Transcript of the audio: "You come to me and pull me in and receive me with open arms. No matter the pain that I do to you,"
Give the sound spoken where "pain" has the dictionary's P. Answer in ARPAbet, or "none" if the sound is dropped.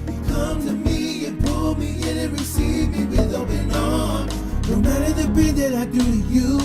B